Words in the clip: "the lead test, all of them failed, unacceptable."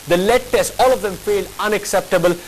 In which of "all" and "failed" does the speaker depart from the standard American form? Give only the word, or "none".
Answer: failed